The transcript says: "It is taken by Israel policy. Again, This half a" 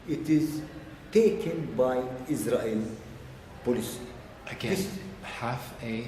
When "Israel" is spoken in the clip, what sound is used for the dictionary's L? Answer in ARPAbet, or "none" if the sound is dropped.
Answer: L